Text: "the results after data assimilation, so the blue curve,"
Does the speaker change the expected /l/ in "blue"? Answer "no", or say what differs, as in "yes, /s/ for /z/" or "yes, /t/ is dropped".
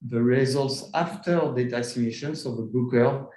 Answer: yes, /l/ is dropped